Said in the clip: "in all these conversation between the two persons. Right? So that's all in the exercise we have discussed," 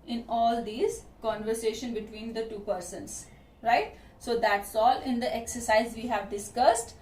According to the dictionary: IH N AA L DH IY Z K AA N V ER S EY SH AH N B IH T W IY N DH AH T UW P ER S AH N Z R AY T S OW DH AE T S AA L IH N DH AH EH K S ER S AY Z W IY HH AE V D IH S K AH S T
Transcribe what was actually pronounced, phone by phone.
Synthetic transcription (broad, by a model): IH N AA L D IY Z K AA N V ER S EY SH AH N B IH T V IY N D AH T UW P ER S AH N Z R AY T S OW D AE T S AA L IH N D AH EH K S ER S AY Z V IY HH AE V D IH S K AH S T